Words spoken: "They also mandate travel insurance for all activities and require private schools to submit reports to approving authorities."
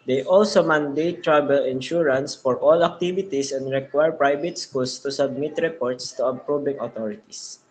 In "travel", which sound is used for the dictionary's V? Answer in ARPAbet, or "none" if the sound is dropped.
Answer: B